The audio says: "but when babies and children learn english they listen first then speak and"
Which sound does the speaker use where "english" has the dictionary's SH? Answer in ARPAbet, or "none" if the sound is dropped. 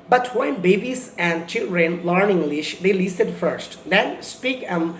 SH